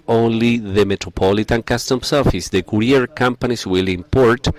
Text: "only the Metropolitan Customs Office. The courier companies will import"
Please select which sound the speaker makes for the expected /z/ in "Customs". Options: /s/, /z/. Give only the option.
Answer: /s/